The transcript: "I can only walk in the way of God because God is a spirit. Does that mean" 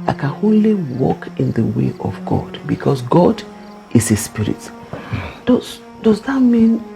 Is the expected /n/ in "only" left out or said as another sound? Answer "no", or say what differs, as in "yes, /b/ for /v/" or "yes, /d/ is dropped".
yes, /n/ is dropped